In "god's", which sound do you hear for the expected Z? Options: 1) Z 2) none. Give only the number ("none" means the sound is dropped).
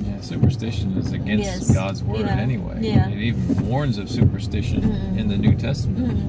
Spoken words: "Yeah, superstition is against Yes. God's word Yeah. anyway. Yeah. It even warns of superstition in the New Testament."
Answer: 1